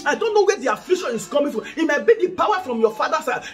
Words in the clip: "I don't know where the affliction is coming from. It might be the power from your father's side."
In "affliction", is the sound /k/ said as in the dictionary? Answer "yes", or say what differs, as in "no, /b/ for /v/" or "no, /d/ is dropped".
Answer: no, /k/ is dropped